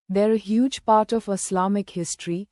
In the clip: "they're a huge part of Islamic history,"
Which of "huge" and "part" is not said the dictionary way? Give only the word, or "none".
none